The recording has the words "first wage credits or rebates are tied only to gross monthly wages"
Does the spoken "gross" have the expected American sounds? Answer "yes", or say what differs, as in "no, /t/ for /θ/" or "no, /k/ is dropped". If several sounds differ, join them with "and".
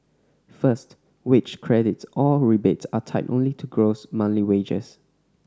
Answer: yes